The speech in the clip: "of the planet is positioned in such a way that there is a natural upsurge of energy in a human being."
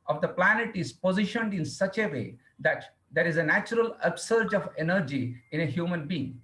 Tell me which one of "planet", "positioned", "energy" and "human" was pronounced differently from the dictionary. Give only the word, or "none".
none